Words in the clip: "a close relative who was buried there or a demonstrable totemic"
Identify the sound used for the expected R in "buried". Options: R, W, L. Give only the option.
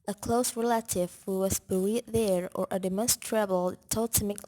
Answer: L